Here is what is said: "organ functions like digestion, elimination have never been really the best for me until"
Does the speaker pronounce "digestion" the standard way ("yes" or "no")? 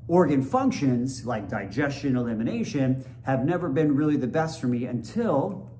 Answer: yes